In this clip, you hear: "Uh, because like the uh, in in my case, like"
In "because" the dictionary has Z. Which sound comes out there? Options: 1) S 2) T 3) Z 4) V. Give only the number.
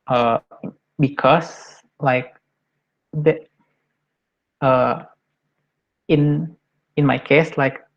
1